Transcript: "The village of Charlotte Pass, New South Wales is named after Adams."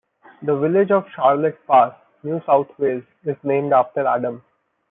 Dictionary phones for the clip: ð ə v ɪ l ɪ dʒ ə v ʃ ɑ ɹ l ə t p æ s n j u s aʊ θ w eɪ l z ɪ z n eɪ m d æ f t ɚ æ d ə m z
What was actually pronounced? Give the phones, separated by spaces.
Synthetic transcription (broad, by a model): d ə v ɪ l ɪ dʒ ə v ʃ ɑ ɹ l ə t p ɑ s n j u s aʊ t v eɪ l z ɪ z n eɪ m d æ f t ɚ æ d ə m